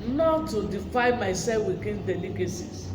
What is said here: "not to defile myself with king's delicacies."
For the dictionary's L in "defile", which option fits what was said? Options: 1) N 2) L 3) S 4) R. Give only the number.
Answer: 1